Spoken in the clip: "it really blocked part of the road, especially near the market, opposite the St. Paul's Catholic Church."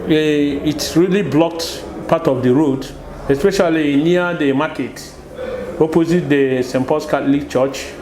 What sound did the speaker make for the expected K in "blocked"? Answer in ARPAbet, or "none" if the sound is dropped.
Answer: K